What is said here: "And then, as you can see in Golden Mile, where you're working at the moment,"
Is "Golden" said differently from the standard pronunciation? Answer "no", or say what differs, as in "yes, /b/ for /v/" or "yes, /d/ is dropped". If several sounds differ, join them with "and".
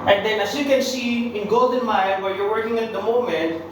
no